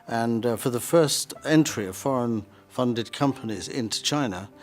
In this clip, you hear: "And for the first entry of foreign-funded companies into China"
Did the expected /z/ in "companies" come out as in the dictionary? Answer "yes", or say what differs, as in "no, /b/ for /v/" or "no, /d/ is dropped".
yes